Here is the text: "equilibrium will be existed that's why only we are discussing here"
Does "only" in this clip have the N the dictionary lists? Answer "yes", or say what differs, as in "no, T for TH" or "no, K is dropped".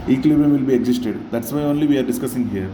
yes